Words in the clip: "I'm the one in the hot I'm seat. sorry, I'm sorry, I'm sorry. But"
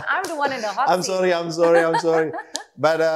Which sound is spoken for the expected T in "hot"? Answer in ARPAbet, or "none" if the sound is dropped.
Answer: none